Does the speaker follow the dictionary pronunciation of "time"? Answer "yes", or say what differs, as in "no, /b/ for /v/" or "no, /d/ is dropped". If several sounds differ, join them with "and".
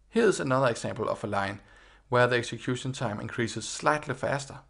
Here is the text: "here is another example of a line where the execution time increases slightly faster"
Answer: no, /s/ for /t/